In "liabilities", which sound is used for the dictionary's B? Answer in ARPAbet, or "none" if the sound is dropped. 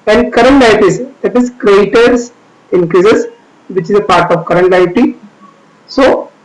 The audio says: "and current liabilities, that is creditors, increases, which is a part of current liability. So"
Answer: none